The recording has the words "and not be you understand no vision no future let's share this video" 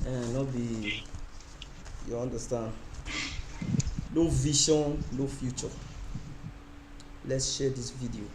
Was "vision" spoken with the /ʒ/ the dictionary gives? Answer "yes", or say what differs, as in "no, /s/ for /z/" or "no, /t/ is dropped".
no, /ʃ/ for /ʒ/